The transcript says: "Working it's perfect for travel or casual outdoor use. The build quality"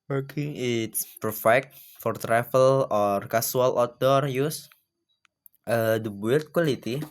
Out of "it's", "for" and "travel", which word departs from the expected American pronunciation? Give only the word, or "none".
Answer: travel